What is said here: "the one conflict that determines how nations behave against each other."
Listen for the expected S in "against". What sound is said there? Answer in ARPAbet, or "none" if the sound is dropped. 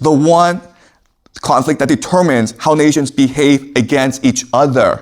S